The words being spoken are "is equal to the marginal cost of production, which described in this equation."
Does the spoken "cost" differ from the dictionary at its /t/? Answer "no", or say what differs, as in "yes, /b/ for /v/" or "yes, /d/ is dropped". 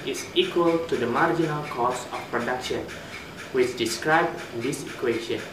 yes, /t/ is dropped